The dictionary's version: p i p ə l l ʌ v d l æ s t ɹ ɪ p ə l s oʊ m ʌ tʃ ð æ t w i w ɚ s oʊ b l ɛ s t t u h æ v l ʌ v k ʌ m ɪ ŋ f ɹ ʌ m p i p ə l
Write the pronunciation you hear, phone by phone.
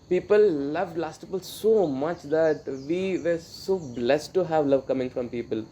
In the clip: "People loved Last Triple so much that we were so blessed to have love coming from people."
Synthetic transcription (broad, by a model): p i p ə l l ʌ v d l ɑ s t ɪ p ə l s oʊ m ʌ tʃ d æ t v i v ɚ s oʊ b l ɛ s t t u h æ v l ʌ v k ʌ m ɪ ŋ f ɹ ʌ m p i p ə l